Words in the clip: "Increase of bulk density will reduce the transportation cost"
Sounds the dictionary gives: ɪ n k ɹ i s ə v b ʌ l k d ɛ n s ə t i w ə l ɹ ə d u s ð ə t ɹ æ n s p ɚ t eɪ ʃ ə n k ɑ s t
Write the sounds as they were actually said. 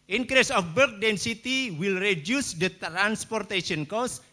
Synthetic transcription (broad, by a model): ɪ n k ɹ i s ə f b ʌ k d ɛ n s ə t i w ə l ɹ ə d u s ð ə t ɹ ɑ n s p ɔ t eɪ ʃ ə n k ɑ s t